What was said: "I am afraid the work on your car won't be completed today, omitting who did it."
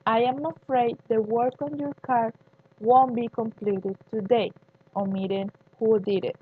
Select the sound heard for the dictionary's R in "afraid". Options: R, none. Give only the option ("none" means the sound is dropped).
R